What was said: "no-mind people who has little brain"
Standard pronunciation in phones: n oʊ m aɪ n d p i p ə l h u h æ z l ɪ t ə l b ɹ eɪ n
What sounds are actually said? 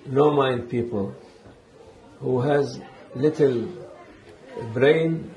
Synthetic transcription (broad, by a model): n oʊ m aɪ n d p i p ə l h u h æ z l ɪ t ə l b ɹ eɪ n